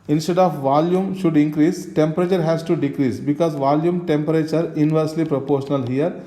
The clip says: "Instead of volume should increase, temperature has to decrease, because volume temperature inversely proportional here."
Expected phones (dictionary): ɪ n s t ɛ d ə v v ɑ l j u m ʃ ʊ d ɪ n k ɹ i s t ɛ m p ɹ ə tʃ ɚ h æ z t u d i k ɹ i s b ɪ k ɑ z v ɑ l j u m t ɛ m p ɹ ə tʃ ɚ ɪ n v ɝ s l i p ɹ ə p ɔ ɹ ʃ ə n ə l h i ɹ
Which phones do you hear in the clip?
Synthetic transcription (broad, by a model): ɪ n s t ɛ d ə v v ɑ l j u m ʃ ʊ d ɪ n k ɹ i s t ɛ m p ɹ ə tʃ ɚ h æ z t u d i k ɹ i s b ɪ k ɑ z v ɑ l j u m t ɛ m p ɹ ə tʃ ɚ ɪ n v ɝ s l i p ɹ ə p ɔ ɹ ʃ ə n ə l h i ɹ